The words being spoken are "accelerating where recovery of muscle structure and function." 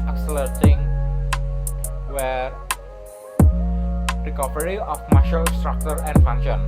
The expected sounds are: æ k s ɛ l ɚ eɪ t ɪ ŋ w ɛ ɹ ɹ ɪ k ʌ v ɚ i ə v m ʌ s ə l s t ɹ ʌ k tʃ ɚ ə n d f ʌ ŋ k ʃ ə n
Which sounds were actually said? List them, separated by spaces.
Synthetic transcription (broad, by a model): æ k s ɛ l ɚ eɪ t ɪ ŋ w ɛ ɹ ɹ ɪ k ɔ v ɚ i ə f m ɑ ʃ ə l s t ɹ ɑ k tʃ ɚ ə n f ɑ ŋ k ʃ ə n